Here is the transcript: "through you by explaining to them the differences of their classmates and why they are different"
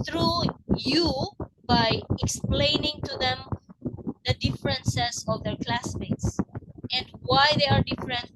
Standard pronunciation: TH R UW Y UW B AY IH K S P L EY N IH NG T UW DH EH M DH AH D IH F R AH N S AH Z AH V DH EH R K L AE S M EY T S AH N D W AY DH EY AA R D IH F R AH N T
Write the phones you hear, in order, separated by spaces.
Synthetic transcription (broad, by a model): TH R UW Y UW B AY IH K S P L EY N IH NG T UW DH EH M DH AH D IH F R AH N S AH S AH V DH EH R K L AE S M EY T S AH N D W AY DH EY AA R D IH F R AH N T